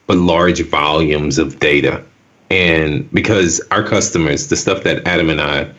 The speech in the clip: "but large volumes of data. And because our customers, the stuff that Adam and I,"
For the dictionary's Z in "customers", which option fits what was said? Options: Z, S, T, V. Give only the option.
Z